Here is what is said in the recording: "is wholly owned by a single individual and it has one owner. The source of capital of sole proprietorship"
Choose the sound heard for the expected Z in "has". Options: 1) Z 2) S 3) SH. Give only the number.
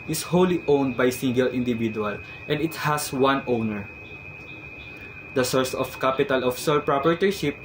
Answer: 2